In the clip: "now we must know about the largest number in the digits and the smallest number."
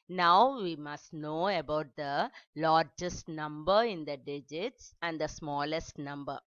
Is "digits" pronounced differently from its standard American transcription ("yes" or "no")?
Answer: no